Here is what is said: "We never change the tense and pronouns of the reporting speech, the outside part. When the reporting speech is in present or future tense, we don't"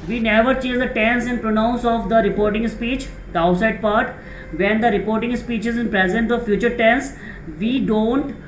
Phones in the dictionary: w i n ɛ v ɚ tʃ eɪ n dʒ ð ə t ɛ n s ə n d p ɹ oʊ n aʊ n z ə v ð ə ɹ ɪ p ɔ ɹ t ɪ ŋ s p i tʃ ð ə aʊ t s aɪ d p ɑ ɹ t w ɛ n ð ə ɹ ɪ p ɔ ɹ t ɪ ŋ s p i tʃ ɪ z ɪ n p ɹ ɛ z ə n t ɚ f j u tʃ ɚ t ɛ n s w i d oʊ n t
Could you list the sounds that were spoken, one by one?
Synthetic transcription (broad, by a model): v i n ɛ v ɚ tʃ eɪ dʒ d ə t ɛ n s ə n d p ɹ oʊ n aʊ n s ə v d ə ɹ ɪ p ɔ ɹ t ɪ ŋ s p i tʃ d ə aʊ t s aɪ d p ɑ ɹ t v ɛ n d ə ɹ ɪ p ɔ ɹ t ɪ ŋ s p i tʃ ɪ z ɪ n p ɹ ɛ z ə n t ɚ f j u tʃ ɚ t ɛ n s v i d oʊ n t